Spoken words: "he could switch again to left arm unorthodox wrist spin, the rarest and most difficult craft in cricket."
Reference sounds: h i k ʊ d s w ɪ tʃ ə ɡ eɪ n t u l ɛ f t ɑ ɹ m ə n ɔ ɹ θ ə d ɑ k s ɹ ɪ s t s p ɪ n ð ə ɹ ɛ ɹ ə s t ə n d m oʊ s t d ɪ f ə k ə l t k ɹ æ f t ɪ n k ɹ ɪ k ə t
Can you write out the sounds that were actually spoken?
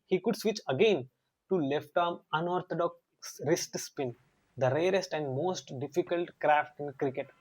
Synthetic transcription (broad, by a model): h i k ʊ d s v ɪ tʃ ə ɡ eɪ n t u l ɛ f t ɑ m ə n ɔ ɹ t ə d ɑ k s ɹ ɪ s t s p ɪ n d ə ɹ ɛ ɹ ə s t ə n d m oʊ s t d ɪ f ə k ə l t k ɹ æ f t ɪ n k ɹ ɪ k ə t